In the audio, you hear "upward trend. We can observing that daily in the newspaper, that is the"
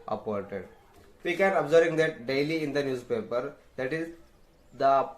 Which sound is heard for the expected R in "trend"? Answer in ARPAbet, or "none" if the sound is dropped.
none